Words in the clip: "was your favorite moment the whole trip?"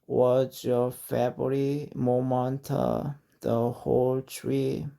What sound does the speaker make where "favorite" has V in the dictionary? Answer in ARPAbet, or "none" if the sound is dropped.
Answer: B